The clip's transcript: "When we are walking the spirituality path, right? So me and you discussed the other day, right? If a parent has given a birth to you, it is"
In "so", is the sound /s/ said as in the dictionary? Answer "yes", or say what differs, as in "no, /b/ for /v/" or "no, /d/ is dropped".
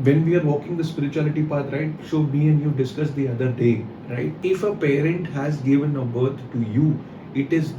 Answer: no, /ʃ/ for /s/